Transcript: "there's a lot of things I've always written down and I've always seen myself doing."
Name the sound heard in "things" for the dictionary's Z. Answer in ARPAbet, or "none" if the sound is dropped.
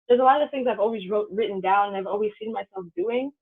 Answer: Z